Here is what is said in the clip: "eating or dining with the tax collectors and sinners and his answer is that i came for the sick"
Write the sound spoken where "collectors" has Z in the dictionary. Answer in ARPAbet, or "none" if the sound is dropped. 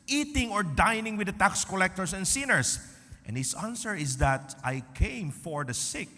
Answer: S